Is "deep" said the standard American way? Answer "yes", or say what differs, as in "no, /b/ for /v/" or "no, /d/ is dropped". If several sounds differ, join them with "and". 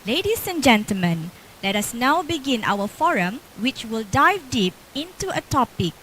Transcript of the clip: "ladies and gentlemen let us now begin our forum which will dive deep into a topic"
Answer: yes